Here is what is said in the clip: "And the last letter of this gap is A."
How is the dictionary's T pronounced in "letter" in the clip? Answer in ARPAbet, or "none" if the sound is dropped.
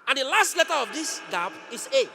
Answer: T